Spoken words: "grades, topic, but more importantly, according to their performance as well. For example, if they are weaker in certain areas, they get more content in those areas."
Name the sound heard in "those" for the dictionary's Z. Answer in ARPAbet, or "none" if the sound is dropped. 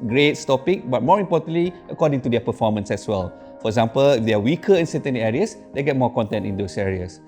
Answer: S